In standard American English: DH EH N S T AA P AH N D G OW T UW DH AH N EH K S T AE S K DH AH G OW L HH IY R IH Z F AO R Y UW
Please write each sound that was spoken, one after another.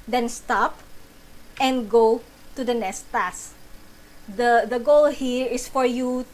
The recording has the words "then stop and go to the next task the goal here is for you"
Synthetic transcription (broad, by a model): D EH N S T AA P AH N G OW T UW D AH N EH S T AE S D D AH G OW L HH IY R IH S F AO R Y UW